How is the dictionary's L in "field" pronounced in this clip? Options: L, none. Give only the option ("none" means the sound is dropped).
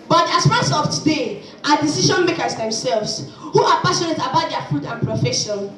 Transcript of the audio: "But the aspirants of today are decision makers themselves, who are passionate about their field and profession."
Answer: none